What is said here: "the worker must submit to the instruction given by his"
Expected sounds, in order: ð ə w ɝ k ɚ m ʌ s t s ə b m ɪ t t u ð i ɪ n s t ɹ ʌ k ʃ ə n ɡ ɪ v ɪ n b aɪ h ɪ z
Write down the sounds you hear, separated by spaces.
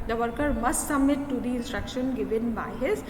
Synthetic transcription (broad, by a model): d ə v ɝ k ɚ m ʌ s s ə m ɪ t t u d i ɪ n s t ɹ ʌ k ʃ ə n ɡ ɪ v ɪ n b aɪ h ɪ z